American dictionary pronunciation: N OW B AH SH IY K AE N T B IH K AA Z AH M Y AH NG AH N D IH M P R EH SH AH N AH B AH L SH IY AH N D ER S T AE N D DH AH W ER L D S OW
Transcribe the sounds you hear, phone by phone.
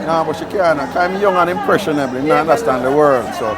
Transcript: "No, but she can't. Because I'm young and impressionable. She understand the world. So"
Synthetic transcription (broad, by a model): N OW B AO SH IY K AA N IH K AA AH M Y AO NG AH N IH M P R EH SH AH N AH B L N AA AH N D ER S T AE N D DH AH W ER L D S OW